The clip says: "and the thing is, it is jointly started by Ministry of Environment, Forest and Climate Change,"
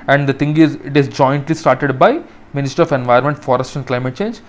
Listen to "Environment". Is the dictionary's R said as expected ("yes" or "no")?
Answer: no